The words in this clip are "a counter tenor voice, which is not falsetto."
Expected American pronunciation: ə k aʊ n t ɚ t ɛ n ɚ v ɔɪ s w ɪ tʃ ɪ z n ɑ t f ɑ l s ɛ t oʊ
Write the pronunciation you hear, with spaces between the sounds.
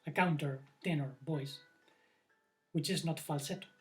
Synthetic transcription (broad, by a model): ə k aʊ n t ɚ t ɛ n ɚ b ɔɪ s w ɪ tʃ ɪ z n ɑ t f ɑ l s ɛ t